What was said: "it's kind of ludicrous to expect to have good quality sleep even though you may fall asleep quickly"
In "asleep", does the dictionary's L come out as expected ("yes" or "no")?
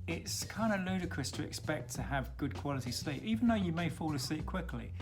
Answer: no